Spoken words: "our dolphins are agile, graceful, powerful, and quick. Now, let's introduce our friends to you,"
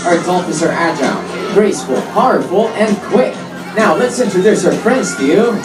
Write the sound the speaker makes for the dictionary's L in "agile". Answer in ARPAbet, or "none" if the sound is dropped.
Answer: N